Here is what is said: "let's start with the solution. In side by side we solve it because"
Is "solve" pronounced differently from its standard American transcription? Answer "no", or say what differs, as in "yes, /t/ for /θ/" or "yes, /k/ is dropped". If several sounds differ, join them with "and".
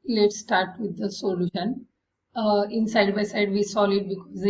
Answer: yes, /v/ is dropped